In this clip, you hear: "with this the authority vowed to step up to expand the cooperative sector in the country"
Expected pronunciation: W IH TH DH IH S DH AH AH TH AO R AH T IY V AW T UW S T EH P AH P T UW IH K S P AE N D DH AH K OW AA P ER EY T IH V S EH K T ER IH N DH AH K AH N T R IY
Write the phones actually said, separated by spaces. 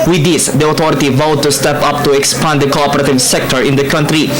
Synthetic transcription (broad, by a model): W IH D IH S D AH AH T AO R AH T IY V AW T UW S T EH P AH P T UW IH K S P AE N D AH K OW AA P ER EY T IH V S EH K T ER IH N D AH K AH N T R IY